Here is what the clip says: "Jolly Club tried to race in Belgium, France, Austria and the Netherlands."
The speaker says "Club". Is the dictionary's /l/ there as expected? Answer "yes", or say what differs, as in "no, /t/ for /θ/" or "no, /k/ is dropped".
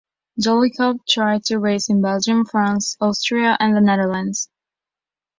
no, /l/ is dropped